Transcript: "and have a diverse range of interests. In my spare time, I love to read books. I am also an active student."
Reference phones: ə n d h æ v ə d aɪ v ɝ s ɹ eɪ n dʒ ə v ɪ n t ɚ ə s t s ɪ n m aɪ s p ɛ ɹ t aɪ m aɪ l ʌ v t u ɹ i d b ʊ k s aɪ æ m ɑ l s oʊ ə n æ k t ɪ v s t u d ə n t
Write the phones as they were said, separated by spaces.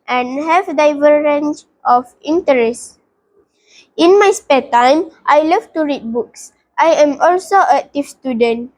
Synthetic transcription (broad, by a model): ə n h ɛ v d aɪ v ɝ ɹ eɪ n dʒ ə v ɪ n t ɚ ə s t ɪ n m aɪ s p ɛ t aɪ m aɪ l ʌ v t u ɹ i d b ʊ k s aɪ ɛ m ɑ l s oʊ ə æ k t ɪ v s t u d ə n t